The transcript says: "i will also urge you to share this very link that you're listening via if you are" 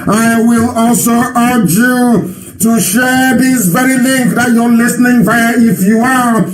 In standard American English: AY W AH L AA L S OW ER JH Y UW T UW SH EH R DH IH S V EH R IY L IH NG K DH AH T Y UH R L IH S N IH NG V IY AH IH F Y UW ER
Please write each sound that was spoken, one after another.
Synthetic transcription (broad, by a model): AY W AH L AA L S OW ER JH Y UW T UW SH EH R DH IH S V EH R IY L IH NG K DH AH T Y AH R L IH S N IH NG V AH IH F Y UW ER